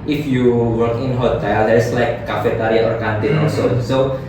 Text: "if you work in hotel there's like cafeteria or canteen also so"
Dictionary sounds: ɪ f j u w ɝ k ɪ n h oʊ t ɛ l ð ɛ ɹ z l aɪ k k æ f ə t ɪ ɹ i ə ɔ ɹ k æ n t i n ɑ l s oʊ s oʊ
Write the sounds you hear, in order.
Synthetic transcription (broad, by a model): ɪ f j u w ɝ k ɪ n h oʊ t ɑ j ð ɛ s l aɪ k k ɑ f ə t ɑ ɹ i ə ɔ ɹ k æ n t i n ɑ s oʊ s oʊ